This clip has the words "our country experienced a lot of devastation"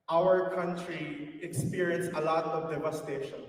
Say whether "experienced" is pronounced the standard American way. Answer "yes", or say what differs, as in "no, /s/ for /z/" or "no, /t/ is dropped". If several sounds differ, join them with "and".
no, /t/ is dropped